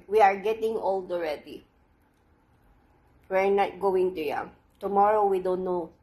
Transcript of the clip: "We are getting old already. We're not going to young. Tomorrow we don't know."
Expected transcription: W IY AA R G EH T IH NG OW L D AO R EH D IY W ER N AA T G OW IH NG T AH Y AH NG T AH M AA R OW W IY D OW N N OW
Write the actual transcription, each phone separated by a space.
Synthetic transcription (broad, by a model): W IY AA R G EH T IH NG OW L D AO R EH D IY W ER N AA T G OW IH NG T AH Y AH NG T AH M AA R OW W IY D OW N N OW